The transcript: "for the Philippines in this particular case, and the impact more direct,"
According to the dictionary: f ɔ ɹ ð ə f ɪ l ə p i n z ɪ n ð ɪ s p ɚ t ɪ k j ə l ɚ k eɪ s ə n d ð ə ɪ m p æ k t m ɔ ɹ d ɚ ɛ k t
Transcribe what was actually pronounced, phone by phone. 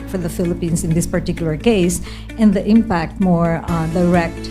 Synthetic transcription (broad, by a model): f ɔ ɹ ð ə f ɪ l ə p i n s ɪ n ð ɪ s p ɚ t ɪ k j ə l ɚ k eɪ s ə n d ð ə ɪ m p æ k t m ɔ ɹ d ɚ ɛ k t